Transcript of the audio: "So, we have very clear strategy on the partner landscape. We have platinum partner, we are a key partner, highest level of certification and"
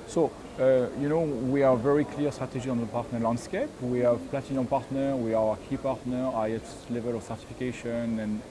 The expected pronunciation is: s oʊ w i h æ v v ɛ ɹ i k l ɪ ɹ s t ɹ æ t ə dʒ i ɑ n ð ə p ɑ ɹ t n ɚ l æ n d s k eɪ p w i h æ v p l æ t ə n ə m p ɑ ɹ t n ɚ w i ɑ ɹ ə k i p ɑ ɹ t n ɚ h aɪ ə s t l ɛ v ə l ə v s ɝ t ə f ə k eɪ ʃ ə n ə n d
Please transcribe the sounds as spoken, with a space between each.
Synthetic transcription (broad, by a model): s oʊ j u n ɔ w v ɛ ɹ i k l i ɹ s t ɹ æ t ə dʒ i ɑ n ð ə p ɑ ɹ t n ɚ l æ n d s k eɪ p w i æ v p l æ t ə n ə p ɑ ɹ t n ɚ w i ɑ ɹ ə k i p ɑ ɹ t n ɚ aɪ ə t l ɛ v ə l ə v s ɝ t ə f ə k eɪ ʃ ə n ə n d